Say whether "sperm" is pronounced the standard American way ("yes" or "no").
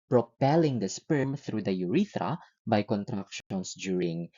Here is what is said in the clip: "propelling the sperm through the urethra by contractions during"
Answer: yes